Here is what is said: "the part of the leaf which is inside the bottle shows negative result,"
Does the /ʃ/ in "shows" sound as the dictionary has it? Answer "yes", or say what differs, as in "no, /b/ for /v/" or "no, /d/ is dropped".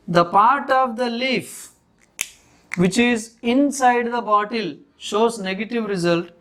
yes